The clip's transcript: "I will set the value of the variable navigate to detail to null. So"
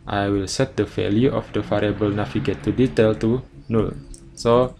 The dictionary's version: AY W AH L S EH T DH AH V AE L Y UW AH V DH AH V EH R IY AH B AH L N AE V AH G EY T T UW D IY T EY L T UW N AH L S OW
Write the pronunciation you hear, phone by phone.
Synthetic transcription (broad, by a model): AY W AH L S EH T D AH F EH L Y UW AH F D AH F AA R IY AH B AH L N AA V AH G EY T T UW D IY T EY L T UW N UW L S OW